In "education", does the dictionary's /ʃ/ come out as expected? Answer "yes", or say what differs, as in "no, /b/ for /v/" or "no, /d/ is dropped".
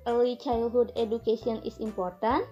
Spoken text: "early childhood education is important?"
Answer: no, /s/ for /ʃ/